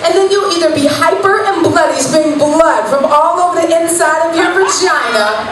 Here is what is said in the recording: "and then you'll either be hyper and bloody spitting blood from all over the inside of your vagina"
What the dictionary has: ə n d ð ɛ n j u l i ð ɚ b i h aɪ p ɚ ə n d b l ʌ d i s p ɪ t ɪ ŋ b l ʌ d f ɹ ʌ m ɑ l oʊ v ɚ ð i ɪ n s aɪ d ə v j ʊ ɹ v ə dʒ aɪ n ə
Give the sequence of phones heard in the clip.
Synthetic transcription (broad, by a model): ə n ð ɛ n j u l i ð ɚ b i h aɪ p ɚ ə n b l ʌ d i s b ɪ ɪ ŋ b l ʌ d f ɹ ʌ m ɑ l oʊ v ɚ ð i ɪ n s aɪ d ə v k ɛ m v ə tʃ aɪ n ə